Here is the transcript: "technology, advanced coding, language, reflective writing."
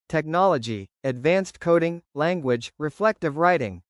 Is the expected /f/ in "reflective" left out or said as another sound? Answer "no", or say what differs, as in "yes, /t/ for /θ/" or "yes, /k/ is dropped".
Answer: no